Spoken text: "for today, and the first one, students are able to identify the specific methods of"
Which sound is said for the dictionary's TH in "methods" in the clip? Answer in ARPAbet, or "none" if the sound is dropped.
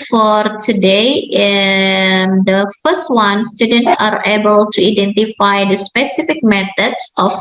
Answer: T